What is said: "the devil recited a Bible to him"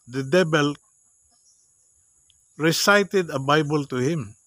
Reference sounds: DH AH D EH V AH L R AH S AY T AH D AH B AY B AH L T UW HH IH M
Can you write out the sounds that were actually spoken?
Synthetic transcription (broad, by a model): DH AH D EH B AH L R AH S AY T AH D AH B AY B AH L T UW HH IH M